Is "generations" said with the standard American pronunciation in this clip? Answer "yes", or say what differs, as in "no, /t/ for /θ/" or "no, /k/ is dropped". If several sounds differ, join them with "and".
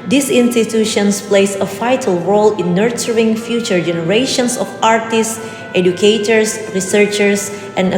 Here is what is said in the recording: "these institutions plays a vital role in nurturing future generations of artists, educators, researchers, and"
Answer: no, /s/ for /z/